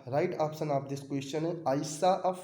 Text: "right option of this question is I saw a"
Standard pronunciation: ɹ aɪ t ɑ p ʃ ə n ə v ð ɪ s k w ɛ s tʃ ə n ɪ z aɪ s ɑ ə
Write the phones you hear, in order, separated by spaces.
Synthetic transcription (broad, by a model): ɹ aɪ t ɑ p s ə n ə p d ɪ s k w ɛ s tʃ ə n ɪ aɪ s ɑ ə